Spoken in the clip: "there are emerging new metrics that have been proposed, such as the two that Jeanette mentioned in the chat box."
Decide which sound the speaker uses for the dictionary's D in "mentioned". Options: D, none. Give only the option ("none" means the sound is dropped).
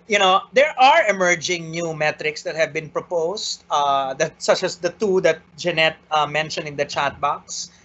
none